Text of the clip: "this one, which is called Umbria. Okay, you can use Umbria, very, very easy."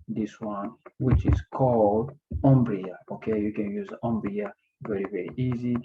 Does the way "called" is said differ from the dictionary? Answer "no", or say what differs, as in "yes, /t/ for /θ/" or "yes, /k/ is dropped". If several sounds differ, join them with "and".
no